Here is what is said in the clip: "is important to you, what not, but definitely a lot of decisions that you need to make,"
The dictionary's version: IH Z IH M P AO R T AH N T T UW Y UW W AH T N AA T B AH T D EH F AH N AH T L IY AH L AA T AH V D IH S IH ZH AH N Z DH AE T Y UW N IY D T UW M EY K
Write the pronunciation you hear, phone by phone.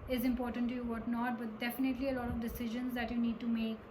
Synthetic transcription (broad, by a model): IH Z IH M P AO R T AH N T T UW Y UW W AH T N AA T B AH T D EH F AH N AH T L IY AH L AA T AH V D IH S IH ZH AH N Z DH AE T Y UW N IY D T UW M EY K